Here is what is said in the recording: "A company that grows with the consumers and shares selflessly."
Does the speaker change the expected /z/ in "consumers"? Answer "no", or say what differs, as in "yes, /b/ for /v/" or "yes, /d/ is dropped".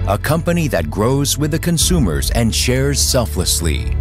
no